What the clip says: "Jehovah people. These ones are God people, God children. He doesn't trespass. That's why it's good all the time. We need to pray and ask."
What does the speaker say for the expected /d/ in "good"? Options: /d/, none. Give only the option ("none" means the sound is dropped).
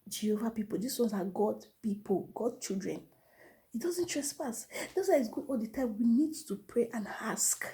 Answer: none